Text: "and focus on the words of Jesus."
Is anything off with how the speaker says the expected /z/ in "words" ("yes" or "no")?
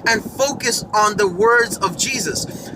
no